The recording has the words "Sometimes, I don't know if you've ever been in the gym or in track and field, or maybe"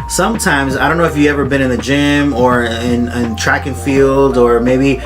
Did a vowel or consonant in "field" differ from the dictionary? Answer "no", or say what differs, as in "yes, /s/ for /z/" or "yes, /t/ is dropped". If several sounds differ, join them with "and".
no